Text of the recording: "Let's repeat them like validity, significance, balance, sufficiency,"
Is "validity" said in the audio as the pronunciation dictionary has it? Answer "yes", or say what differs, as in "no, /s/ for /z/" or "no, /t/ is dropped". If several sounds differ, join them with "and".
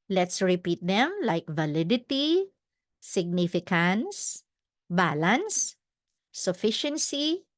yes